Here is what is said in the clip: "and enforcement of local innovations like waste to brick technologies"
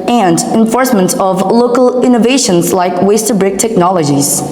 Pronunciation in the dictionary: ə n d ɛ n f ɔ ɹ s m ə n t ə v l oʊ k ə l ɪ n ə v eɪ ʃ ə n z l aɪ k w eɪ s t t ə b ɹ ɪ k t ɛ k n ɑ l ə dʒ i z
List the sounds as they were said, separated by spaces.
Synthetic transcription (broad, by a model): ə n d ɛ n f ɔ ɹ s m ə n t ə v l oʊ k ə l ɪ n ə v eɪ ʃ ə n z l aɪ k w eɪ s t t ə b ɹ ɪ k t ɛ k n ɑ l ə dʒ i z